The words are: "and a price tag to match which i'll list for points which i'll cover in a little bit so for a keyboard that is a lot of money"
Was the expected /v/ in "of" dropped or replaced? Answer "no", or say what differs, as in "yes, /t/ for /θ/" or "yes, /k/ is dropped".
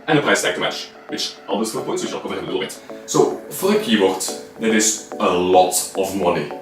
no